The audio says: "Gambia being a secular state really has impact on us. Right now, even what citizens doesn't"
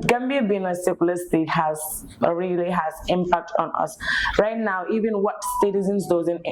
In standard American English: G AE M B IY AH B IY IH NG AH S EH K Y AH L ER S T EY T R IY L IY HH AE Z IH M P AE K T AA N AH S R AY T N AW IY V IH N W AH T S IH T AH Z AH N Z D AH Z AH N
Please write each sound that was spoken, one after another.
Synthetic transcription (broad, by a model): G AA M B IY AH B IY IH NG AH S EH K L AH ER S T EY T R IY L IY HH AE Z IH M P AE K T AA N AH S R AY T N AW IY V IH N W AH T S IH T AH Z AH N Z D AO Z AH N